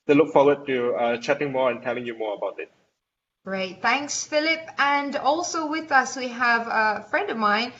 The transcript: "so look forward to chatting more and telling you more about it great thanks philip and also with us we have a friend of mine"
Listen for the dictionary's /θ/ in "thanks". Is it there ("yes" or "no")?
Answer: yes